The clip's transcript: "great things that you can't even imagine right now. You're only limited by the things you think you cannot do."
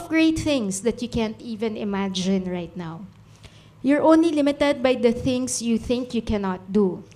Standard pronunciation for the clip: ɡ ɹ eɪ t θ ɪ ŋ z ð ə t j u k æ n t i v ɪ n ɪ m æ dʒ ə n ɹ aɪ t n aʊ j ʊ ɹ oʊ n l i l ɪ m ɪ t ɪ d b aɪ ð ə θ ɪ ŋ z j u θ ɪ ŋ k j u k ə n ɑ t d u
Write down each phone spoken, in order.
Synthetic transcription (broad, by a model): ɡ ɹ eɪ t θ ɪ ŋ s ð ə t j u k æ n t i v ɪ n ɪ m æ dʒ ə n ɹ aɪ t n aʊ j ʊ ɹ oʊ n l i l ɪ m ɪ t ɪ d b aɪ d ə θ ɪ ŋ s j u θ ɪ ŋ k j u k ə n ɑ t d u